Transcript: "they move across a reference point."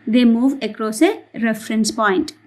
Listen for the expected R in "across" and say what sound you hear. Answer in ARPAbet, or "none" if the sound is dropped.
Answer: R